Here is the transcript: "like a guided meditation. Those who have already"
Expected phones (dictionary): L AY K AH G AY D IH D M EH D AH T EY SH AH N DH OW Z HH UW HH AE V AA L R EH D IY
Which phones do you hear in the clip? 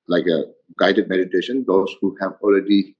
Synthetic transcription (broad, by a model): L AY K AH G AY D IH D M EH D AH T EY SH AH N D OW S HH UW HH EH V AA L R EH D IY